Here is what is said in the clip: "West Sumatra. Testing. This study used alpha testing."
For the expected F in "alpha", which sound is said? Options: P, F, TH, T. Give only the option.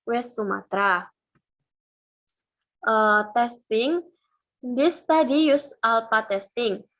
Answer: P